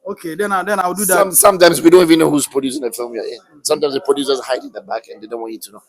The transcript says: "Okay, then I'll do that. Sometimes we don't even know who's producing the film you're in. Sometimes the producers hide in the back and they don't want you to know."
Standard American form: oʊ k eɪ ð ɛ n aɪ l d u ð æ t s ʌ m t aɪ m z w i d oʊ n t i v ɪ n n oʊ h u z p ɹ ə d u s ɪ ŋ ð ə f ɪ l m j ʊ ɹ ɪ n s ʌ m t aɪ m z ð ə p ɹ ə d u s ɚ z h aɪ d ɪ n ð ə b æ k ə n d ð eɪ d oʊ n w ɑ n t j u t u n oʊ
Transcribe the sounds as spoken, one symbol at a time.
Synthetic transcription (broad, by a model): oʊ k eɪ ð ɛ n aɪ w d u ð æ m s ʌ m t aɪ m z w i d oʊ n t i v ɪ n n oʊ h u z p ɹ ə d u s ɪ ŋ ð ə f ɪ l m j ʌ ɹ ɪ n s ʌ m t aɪ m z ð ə p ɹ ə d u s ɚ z h aɪ d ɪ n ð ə b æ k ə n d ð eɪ d oʊ n w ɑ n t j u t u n oʊ